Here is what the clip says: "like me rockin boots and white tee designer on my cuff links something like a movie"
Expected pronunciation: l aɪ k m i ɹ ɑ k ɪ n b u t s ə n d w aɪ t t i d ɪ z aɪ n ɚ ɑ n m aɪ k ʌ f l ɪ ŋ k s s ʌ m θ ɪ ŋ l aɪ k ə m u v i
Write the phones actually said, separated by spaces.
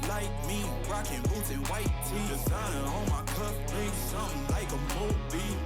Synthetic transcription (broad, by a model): l aɪ k m i ɹ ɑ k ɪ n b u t ə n w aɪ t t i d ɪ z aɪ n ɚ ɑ l m aɪ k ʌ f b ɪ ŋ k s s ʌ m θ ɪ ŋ l aɪ k ə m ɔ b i